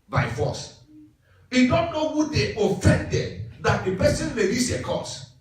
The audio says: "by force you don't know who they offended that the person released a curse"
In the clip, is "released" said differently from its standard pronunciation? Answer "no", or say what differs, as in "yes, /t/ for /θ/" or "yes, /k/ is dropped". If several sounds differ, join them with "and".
yes, /l/ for /ɹ/ and /t/ is dropped